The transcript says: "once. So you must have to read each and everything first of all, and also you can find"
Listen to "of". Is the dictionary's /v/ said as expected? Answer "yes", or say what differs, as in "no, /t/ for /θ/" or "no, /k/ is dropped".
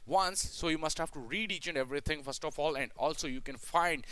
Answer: no, /f/ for /v/